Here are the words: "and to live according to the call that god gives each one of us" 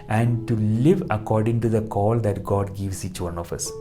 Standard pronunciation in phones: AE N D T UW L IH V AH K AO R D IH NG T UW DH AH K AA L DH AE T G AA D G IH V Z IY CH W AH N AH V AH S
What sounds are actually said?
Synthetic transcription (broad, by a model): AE N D T UW L IH V AH K AO R D IH NG T UW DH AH K AA L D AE T G AA D G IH V S IY CH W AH N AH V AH S